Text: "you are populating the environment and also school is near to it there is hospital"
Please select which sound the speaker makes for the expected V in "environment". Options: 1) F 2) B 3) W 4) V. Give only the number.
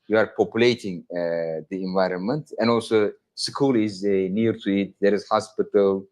4